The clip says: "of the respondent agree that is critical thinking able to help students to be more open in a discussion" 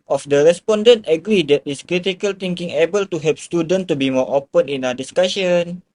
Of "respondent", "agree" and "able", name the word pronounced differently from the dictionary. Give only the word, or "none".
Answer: none